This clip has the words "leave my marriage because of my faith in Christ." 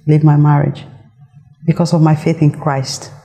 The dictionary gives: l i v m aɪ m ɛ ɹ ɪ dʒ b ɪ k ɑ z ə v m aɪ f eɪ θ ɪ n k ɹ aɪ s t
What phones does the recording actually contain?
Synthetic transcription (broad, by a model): l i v m aɪ m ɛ ɹ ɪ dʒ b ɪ k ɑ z ə v m aɪ f eɪ θ ɪ n k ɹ aɪ s t